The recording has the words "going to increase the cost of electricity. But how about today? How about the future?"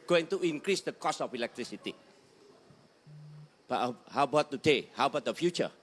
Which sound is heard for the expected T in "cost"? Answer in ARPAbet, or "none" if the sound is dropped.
none